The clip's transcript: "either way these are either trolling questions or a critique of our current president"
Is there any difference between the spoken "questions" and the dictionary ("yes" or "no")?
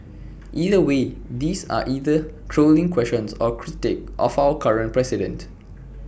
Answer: yes